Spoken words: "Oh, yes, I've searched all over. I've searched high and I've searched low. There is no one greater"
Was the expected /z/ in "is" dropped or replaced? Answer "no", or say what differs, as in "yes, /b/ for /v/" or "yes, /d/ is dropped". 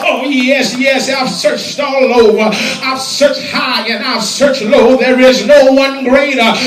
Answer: no